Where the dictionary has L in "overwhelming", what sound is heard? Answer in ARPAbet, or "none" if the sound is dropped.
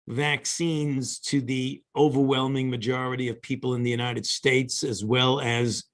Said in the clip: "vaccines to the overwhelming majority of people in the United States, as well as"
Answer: L